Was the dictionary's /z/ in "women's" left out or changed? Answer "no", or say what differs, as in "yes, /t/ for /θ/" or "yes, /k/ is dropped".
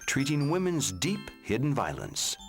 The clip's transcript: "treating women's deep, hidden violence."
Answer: no